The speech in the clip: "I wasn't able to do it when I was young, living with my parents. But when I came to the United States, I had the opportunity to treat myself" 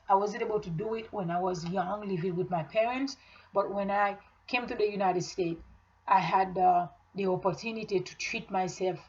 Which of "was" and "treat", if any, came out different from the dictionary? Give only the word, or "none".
none